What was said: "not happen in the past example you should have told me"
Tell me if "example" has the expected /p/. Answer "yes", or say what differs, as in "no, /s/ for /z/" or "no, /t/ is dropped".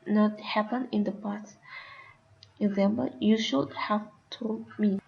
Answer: no, /b/ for /p/